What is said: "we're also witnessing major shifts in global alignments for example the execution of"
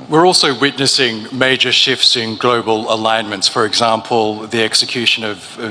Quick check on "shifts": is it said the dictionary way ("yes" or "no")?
yes